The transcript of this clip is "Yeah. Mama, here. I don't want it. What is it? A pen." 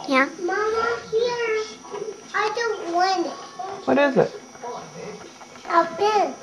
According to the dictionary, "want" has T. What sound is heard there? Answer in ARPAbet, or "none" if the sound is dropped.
none